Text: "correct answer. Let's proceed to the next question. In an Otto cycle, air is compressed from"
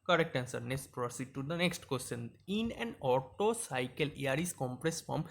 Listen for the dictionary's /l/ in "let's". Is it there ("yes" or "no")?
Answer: no